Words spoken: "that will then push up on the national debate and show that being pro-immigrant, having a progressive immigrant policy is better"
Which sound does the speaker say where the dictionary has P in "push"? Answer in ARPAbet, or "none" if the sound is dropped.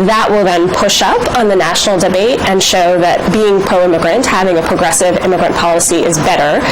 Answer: P